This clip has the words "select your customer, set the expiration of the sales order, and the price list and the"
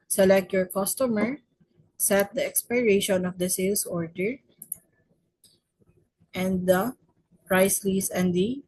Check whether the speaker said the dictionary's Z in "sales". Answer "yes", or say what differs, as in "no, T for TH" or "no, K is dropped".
no, S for Z